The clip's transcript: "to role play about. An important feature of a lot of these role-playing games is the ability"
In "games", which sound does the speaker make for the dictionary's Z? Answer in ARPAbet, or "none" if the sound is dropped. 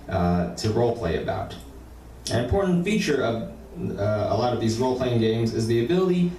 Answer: Z